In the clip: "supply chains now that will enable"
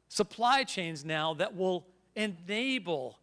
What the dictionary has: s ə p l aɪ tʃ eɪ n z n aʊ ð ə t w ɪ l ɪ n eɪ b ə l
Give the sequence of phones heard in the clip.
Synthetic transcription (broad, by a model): s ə p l aɪ tʃ eɪ n z n aʊ ð ə t w ɪ l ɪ n eɪ b l